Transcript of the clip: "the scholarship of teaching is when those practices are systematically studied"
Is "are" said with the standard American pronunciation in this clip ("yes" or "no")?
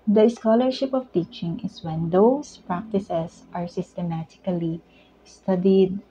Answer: yes